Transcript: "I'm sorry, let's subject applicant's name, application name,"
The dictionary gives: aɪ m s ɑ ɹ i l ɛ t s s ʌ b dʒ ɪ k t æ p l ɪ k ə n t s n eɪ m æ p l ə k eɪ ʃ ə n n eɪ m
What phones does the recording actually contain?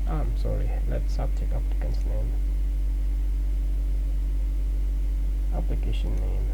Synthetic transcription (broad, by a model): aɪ m s ɑ ɹ i l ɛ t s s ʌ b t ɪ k ɑ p ɪ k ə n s n eɪ m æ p l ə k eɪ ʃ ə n n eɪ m